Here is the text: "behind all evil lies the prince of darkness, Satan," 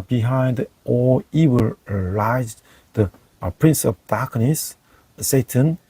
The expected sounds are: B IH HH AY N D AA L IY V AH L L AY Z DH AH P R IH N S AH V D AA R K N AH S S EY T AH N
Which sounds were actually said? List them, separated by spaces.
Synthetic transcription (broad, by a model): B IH HH AY N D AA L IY W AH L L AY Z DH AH P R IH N S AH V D AA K N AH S S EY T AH N